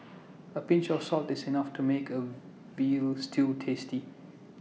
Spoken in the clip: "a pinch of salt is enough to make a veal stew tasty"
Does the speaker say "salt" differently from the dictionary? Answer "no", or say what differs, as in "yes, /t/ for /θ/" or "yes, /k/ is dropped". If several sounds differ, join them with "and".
no